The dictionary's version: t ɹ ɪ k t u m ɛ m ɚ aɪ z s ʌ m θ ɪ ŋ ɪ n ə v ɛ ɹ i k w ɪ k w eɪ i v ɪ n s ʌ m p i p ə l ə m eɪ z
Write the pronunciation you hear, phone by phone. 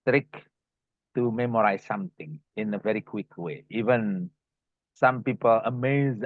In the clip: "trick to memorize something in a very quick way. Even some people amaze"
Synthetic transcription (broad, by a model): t ɹ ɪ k t u m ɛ m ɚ aɪ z s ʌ m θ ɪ ŋ ɪ n ə v ɛ ɹ i k w ɪ k w eɪ i v ɪ n s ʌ m p i p ə l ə m eɪ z